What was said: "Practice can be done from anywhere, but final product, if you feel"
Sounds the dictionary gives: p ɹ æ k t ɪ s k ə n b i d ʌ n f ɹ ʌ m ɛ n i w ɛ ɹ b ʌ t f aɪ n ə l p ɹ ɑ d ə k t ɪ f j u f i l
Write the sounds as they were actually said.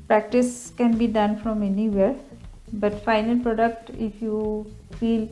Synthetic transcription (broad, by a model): p ɹ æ k t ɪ s k ə n b i d ʌ n f ɹ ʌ m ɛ n i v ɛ ɹ b ʌ t f aɪ n ə l p ɹ ɑ d ə k t ɪ f j u f i l